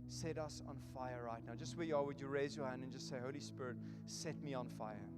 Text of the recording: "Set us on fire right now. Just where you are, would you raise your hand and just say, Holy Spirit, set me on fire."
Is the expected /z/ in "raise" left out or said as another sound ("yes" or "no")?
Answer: no